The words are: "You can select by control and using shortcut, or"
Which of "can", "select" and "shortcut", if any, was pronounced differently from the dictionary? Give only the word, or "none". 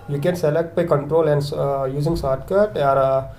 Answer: shortcut